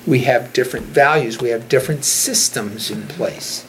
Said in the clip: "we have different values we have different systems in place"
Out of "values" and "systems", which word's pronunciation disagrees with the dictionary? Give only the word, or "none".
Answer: none